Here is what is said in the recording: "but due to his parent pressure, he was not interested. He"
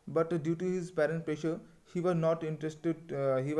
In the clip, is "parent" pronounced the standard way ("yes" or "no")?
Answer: yes